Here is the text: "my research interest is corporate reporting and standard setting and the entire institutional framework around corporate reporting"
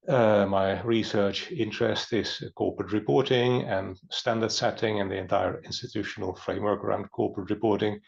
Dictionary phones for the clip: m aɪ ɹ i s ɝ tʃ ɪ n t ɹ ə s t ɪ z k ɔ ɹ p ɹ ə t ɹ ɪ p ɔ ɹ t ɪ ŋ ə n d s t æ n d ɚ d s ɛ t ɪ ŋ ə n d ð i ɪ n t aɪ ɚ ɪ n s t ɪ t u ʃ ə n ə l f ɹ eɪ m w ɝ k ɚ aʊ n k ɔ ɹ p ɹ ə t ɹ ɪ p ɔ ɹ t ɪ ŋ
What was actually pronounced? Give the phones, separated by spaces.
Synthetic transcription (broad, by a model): m aɪ ɹ i s ɝ tʃ ɪ n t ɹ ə s t ɪ z k ɔ ɹ p ɹ ə t ɹ ɪ p ɔ ɹ t ɪ ŋ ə n s t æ n d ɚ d s ɛ t ɪ ŋ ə n ð i ɪ n t aɪ ɚ ɪ n s t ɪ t u ʃ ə n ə l f ɹ eɪ m w ɝ k ɚ aʊ n k ɔ ɹ p ɹ ə t ɹ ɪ p ɔ ɹ t ɪ ŋ